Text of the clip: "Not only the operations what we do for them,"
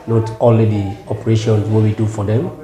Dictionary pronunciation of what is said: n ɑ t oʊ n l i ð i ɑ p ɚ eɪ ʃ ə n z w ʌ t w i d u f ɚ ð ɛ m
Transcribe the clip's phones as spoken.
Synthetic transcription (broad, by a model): n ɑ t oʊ l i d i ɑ p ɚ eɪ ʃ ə n w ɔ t w i d u f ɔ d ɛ m